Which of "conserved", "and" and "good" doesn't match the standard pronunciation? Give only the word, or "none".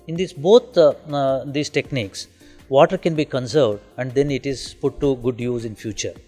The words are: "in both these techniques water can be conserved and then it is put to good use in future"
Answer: none